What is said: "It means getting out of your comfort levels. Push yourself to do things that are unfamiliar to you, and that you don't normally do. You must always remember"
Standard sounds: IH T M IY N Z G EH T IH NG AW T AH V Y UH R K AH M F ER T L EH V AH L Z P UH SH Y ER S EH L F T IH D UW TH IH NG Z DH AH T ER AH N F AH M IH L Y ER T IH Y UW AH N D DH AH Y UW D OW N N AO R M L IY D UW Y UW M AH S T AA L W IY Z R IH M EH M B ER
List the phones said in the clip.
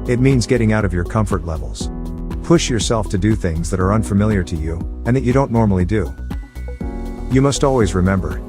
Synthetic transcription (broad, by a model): IH T M IY N Z G EH T IH NG AW T AH V Y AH R K AH M F ER T L EH V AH L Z P UH SH Y ER S EH L F T IH D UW TH IH NG Z DH AH T ER AH N F AH M IH L Y ER T IH Y UW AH N DH AH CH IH D OW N N AO R M L IY D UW Y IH M AH S T AA L W IY Z R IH M EH M B ER